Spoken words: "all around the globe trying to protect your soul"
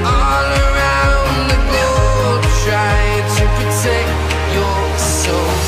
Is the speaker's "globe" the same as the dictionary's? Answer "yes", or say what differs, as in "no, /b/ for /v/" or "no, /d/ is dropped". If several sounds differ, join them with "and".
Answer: no, /l/ is dropped